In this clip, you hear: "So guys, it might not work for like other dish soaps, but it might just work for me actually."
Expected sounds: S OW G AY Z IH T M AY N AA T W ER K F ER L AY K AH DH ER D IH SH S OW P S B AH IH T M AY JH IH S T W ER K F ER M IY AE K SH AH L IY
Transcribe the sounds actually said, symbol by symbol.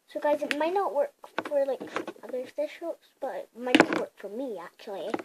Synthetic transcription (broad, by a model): S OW G AY Z IH T M AY N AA T W ER K F ER L AY K AH DH ER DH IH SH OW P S B AH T M AY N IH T W ER K F ER M IY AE K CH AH L IY